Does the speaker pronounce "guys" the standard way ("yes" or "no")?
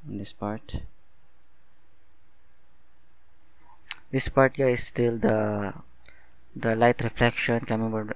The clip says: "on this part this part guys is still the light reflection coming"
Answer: no